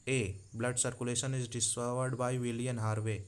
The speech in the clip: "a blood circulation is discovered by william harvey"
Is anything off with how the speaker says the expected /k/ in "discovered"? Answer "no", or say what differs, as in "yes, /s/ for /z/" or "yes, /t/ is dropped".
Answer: yes, /k/ is dropped